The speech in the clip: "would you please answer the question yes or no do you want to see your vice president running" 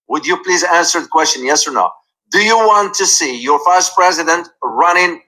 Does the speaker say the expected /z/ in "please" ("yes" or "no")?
yes